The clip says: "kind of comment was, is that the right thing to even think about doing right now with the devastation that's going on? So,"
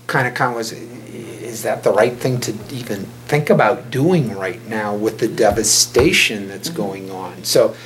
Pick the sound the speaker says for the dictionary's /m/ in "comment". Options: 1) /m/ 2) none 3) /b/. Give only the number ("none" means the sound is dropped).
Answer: 2